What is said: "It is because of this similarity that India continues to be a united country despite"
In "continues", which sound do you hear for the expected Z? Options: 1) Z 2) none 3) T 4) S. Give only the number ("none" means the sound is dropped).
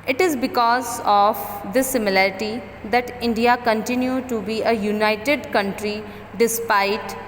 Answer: 2